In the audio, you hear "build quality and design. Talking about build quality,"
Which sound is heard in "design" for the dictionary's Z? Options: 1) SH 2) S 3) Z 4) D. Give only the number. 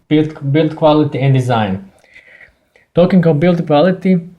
3